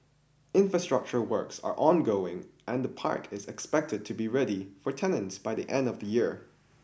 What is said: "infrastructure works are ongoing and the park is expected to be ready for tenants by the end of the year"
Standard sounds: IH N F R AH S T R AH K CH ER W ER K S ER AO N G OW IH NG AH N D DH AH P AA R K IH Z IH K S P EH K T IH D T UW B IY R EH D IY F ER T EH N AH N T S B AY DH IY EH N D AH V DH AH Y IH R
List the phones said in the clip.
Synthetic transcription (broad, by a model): IH N F R AH S T R AH K CH ER W ER K S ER AO N G OW IH NG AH N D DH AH P AA R K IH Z IH K S P EH K T IH D T UW B IY R EH D IY F ER T EH N AH N T S B AY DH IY EH N D AH V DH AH Y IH R